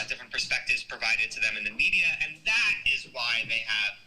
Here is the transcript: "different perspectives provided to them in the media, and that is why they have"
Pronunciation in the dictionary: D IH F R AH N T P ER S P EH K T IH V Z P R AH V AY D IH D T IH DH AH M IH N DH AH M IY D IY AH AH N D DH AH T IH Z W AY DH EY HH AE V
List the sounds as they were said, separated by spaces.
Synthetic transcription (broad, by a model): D IH F R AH N P ER S P EH K T IH V Z P R AH V AY D IH D T IH DH AH M IH N DH AH M IY D IY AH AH N DH AH T IH Z W AY DH EY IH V